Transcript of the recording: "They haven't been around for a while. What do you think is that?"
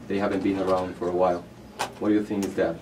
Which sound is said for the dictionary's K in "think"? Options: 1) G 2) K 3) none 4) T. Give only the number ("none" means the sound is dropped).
3